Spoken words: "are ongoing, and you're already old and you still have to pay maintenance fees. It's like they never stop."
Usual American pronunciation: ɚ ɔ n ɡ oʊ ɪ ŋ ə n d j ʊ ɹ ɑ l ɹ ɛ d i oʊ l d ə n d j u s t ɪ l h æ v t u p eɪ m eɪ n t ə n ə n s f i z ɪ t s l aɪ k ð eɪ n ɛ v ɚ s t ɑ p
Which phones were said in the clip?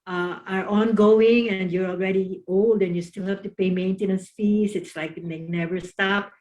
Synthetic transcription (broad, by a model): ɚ ɔ n ɡ oʊ ɪ ŋ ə n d j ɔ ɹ ɑ l ɹ ɛ d i oʊ l d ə n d j u s t ɪ l h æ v t u p eɪ m eɪ n t ə n ə n s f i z ɪ t s l aɪ k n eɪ n ɛ v ɚ s t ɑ p